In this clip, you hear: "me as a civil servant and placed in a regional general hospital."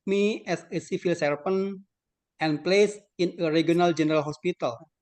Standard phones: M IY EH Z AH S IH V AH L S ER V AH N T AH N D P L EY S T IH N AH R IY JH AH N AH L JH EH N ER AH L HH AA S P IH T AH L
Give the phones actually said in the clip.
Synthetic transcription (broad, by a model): M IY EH S AH S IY F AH L S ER F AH N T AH N P L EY S IH N AH R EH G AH N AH L JH EH N ER AH L HH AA S P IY T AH L